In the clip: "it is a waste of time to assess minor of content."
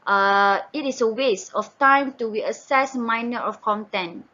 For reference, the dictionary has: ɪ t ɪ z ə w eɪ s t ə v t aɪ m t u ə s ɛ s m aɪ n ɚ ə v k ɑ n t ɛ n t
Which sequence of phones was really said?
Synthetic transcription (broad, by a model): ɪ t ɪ s ə w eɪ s ə f t aɪ m t u ə s ɛ s m aɪ n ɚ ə f k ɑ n t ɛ n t